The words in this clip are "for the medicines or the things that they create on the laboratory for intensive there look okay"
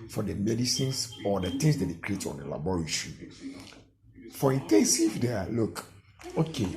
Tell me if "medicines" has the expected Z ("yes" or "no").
no